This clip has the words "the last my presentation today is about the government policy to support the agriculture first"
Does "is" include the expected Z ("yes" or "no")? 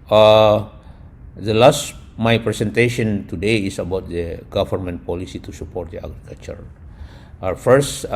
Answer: no